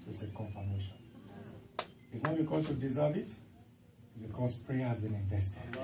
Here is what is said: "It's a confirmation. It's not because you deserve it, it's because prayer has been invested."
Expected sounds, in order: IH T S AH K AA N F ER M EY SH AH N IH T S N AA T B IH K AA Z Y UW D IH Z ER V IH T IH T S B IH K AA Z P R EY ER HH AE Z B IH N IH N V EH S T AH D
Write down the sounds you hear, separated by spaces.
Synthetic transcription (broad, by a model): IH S AH K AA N F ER M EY SH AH N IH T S N AA T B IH K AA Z Y UW D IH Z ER B IH T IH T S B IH K AA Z P R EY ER HH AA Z B IH N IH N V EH S T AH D